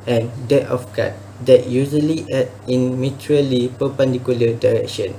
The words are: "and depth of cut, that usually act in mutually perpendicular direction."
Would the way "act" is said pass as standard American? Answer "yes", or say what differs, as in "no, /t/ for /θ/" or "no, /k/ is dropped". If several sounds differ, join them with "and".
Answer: no, /k/ is dropped